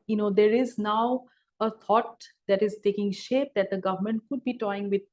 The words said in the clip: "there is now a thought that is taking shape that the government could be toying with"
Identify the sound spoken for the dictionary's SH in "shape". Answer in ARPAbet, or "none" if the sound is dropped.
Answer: SH